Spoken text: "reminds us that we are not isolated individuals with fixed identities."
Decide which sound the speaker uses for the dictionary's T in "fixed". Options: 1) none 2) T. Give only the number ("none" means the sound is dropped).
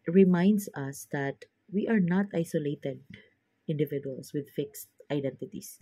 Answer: 2